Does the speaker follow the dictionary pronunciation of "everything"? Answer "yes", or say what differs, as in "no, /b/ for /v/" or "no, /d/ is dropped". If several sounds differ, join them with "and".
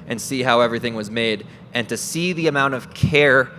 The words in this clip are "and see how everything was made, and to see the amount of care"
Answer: yes